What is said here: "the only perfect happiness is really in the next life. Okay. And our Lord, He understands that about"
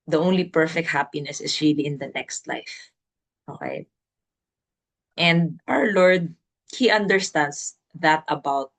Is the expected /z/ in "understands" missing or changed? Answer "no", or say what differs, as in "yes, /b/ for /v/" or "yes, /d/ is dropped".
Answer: yes, /s/ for /z/